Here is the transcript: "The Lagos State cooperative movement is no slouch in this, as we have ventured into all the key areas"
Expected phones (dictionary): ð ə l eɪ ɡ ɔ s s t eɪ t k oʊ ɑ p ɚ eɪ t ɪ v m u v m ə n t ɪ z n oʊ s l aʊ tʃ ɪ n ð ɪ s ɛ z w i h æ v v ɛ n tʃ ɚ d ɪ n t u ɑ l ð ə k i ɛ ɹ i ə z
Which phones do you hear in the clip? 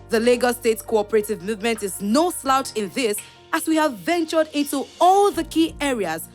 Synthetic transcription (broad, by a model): ð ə l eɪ ɡ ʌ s s t eɪ t k oʊ ɑ p ɚ eɪ t ɪ v m u v m ə n t ɪ z n oʊ s l aʊ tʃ ɪ n ð ɪ s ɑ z w i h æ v v ɛ n tʃ ɚ d ɪ n t u ɑ l ð ə k i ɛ ɹ i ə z